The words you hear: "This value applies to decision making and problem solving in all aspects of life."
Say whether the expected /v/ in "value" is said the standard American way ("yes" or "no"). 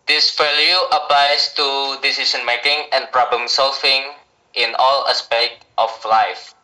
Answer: no